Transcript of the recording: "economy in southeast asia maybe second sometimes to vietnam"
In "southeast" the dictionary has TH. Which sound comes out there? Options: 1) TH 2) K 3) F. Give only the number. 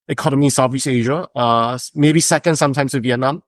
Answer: 3